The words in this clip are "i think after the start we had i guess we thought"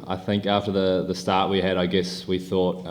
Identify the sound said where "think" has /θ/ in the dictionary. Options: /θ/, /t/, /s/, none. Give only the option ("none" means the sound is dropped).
/θ/